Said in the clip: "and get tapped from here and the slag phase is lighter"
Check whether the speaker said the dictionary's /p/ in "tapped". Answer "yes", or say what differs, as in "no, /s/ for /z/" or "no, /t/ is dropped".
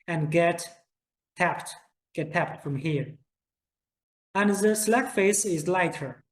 yes